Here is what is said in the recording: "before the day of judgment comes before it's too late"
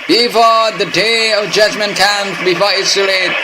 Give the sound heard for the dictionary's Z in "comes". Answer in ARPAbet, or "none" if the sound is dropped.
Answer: none